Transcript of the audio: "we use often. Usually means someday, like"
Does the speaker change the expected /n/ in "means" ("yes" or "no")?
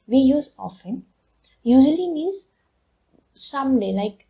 yes